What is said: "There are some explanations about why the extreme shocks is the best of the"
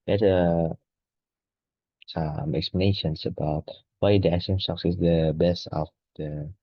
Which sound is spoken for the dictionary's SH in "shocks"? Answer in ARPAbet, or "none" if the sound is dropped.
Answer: S